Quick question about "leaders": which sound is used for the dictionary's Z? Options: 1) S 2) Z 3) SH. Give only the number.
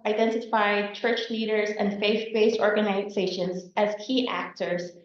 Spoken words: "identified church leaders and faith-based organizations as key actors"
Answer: 2